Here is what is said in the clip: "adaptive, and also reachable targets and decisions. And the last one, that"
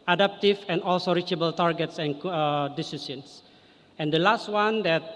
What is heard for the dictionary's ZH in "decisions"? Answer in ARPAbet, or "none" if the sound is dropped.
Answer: S